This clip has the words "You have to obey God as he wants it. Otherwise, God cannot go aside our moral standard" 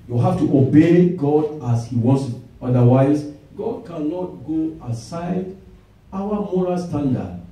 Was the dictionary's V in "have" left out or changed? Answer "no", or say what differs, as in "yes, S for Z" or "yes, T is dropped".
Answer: yes, F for V